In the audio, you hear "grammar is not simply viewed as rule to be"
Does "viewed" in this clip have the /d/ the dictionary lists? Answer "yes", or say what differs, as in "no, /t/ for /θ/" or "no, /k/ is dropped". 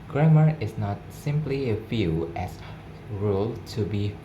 no, /d/ is dropped